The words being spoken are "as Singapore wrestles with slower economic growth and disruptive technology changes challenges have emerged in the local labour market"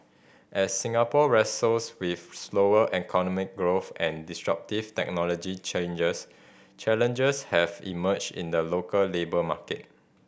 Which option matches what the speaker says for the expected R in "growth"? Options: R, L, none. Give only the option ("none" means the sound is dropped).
R